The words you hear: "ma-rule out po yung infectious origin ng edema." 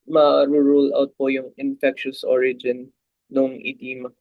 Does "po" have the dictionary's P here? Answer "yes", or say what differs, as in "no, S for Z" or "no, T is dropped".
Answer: yes